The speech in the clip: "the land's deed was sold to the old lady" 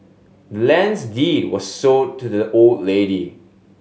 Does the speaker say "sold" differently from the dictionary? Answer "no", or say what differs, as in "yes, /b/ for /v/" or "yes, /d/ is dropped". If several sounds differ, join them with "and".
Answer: yes, /l/ is dropped